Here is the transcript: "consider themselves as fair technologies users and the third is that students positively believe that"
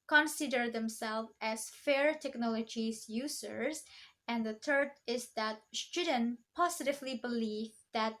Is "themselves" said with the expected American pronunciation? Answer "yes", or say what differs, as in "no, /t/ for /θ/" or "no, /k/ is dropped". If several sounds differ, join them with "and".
no, /z/ is dropped